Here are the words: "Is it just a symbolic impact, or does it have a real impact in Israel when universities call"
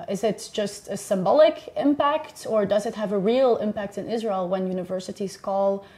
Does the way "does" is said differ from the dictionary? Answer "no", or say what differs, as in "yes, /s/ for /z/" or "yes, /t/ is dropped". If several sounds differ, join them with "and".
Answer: no